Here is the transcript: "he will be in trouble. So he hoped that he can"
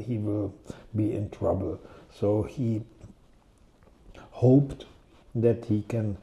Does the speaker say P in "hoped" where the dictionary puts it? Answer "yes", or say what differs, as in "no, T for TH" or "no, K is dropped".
yes